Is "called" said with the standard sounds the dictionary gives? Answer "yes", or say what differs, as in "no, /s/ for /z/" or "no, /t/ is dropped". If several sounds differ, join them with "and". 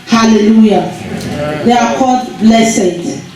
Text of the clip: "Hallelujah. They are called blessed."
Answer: no, /l/ is dropped